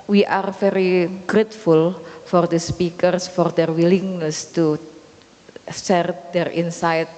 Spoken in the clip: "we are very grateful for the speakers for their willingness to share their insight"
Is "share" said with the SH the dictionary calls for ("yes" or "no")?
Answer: no